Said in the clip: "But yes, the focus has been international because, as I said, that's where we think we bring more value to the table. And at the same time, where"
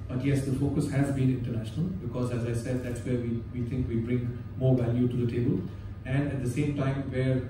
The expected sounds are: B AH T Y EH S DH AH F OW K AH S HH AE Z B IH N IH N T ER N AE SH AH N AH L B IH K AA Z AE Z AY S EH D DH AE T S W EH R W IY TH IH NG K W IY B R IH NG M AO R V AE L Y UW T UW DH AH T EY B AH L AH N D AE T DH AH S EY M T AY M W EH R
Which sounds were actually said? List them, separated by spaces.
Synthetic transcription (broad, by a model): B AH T Y EH S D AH F OW K AH S HH AE Z B IH N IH N T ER N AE SH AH N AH L B IH K AA Z AE Z AY S EH D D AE T S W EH R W IY T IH NG K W IY B R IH NG M AO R V AE L Y UW T UW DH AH T EY B AH L AH N D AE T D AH S EY M T AY M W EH R